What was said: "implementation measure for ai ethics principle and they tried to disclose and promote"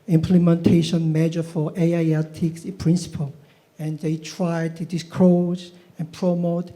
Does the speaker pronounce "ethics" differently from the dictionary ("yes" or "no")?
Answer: yes